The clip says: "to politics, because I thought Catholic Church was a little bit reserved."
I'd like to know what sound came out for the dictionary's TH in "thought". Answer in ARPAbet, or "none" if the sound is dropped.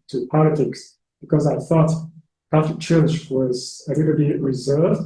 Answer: TH